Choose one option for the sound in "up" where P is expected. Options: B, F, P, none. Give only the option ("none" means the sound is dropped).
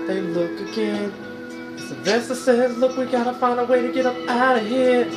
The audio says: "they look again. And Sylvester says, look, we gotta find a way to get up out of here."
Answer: P